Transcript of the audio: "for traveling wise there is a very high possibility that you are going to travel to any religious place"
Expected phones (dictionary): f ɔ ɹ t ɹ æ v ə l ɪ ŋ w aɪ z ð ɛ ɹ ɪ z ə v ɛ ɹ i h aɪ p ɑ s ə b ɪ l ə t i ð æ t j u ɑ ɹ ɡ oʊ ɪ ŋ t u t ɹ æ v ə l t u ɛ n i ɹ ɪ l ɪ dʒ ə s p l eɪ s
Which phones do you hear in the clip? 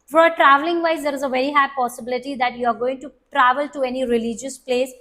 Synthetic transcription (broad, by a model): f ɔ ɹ t ɹ æ v ə l ɪ ŋ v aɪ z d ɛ ɹ ɪ z ə v ɛ ɹ i h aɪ p ɑ s ə b ɪ l ə t i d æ t j u ɑ ɹ ɡ oʊ ɪ ŋ t u t ɹ æ v ə l t u ɛ n i ɹ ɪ l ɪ dʒ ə s p l eɪ s